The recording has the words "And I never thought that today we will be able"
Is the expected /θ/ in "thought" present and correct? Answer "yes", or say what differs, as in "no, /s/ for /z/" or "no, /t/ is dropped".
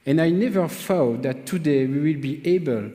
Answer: no, /f/ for /θ/